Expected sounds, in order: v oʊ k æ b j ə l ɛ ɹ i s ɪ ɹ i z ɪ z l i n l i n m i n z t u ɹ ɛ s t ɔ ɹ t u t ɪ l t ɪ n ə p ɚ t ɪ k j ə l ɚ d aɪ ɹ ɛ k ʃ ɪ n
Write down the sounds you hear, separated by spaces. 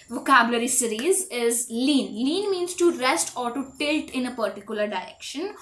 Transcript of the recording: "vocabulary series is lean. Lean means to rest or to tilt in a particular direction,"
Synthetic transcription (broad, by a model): v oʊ k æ b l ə ɹ i s ɪ ɹ i z ɪ z l i n l i n m i n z t u ɹ ɛ s t ɔ ɹ t u t ɪ l t ɪ n ə p ɚ t ɪ k j ə l ɚ d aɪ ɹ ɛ k ʃ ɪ n